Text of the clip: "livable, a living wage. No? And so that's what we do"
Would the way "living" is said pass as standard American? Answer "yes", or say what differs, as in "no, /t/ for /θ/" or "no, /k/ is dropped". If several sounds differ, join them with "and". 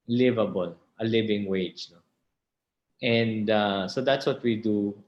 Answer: yes